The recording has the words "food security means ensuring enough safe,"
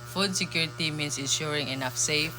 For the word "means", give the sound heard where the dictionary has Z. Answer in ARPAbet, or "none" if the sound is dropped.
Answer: S